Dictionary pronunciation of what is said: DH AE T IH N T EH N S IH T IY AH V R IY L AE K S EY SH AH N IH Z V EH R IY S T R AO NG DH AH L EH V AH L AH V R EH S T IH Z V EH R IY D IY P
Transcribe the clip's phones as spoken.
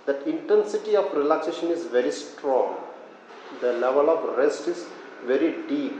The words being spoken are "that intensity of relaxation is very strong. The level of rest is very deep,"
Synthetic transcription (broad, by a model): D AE T IH N T EH N S IH T IY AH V R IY L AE K S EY SH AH N IH Z V EH R IY S T R AO NG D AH L EH V AH L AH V R EH S T IH Z V EH R IY D IY P